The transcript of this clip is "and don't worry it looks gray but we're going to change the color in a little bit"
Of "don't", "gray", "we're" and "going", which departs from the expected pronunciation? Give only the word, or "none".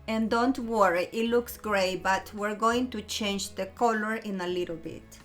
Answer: none